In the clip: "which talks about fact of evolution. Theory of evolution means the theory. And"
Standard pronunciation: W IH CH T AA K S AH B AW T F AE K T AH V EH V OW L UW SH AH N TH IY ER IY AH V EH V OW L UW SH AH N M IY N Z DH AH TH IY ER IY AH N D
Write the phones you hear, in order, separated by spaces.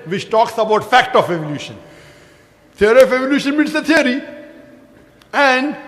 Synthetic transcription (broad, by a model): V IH CH T AA K S AH B AW T F AE K T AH F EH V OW L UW SH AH N T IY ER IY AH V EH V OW L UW SH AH N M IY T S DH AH T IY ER IY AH N D